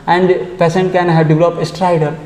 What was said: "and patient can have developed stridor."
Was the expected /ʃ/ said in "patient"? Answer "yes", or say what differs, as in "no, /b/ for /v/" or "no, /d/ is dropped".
no, /s/ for /ʃ/